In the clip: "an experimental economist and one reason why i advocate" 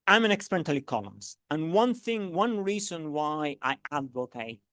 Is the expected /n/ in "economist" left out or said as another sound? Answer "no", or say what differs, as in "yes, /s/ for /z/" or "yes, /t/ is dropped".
yes, /l/ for /n/